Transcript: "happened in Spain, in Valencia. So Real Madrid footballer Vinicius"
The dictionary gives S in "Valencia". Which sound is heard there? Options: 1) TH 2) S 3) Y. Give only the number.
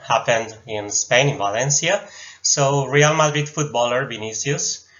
2